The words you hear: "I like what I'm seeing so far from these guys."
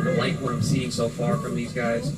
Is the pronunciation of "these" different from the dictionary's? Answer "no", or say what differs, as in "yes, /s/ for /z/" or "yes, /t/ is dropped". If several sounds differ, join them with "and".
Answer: no